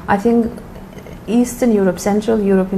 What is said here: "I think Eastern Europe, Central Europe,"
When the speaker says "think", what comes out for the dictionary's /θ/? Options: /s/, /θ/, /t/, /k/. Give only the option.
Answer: /θ/